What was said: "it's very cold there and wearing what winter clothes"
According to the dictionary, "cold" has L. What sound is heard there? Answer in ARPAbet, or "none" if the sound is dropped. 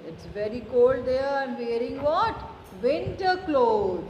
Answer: L